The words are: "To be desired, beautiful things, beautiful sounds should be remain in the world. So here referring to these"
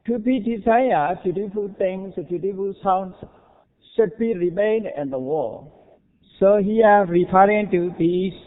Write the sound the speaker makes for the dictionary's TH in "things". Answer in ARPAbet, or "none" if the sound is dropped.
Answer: T